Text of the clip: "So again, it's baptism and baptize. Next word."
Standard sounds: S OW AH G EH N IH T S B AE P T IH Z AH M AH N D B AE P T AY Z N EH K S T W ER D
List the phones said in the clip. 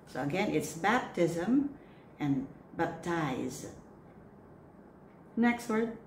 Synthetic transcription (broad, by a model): S OW AH G EH N IH T S B AE P T IH Z AH M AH N B AE P T AY Z N EH K S T W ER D